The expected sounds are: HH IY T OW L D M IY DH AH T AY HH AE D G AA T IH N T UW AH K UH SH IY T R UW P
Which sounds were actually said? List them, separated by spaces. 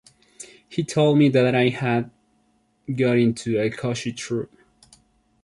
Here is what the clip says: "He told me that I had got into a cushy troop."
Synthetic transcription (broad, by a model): HH IY T OW L D M IY DH AH T AY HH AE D G AA T IH N T UW AH K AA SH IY T R UW P